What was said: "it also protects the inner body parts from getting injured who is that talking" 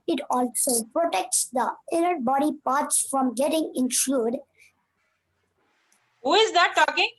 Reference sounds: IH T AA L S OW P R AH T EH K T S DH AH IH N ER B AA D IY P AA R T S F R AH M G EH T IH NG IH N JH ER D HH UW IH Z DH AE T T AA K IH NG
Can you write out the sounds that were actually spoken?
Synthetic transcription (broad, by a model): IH T AA L S OW P R AH T EH K T S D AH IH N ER B AA D IY P AA R T S F R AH M G EH T IH NG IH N SH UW D HH UW IH Z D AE T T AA K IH NG